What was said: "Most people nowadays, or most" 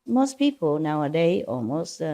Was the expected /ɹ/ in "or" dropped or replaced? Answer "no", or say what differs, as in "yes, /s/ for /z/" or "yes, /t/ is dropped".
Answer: yes, /l/ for /ɹ/